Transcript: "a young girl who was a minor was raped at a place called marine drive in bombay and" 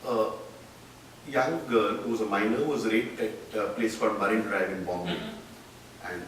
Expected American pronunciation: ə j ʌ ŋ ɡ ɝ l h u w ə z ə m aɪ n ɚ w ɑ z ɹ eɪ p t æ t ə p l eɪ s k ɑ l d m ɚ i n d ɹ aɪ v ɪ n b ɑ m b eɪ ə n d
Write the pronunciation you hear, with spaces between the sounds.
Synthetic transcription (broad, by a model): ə j ʌ ŋ ɡ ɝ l h u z ə m aɪ n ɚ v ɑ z ɹ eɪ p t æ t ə p l eɪ s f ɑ d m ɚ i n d ɹ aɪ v ɪ n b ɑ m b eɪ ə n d